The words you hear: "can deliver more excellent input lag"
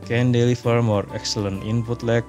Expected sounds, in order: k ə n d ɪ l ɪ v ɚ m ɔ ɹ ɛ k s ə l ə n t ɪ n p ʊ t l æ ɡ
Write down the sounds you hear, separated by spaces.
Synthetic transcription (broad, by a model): k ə n d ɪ l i f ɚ m ɔ ɹ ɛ k s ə l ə n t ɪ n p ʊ t l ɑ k